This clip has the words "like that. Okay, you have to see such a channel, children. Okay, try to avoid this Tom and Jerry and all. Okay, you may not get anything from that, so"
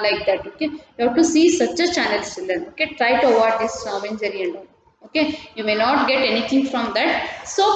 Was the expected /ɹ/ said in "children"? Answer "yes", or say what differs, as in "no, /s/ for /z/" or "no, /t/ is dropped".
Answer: no, /ɹ/ is dropped